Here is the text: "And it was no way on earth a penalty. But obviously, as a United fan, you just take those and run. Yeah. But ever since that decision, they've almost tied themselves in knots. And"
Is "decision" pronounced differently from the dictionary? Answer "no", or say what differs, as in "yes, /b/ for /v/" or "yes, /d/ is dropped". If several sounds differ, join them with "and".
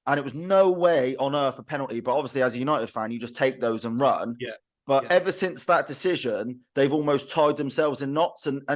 no